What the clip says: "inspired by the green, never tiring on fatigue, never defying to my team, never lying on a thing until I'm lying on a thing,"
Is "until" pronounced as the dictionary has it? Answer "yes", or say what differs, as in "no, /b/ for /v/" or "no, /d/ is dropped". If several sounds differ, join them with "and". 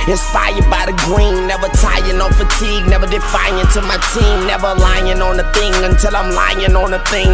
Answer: yes